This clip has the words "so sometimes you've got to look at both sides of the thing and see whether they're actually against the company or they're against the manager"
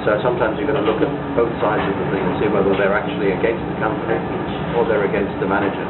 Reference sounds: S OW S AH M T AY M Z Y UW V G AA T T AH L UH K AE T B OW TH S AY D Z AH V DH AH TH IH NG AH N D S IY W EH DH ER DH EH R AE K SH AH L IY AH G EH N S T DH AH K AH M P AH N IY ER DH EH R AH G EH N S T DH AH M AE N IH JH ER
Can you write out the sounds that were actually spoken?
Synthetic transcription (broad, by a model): S OW S AH M T AY M Z Y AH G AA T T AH L UH K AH T B OW TH S AY D Z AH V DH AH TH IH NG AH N S IY W EH DH ER DH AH R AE K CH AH L IY AH G EH N S T DH AH K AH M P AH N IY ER DH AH R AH G EH N S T DH AH M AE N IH JH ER